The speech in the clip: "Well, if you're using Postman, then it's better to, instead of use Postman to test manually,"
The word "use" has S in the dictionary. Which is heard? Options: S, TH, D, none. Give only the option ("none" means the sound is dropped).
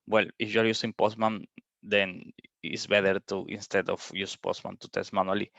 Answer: S